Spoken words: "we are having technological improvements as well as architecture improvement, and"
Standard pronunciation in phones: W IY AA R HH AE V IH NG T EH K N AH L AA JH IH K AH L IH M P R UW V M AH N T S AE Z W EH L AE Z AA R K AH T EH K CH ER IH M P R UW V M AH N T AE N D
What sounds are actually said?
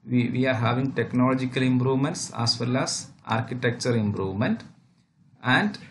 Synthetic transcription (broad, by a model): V IY AA R HH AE V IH NG T EH K N AH L AA JH IH K AH L IH M P R UW V M AH N T S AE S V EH L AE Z AA R K AH T EH K CH ER IH M P R UW V M AH N T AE N D